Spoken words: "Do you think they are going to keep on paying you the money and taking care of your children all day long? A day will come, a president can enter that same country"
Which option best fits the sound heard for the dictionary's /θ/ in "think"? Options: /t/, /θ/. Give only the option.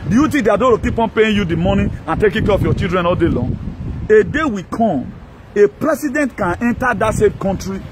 /t/